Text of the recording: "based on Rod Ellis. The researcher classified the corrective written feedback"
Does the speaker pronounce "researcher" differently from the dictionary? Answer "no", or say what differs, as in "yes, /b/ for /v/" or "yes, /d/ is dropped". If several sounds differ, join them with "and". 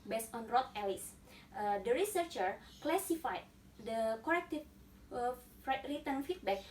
no